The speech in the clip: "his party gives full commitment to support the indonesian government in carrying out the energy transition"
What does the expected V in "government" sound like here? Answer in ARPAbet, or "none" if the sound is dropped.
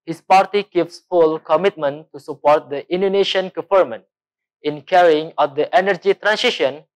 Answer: F